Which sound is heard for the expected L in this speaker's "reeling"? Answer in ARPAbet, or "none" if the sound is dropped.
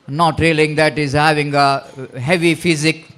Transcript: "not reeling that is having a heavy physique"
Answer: L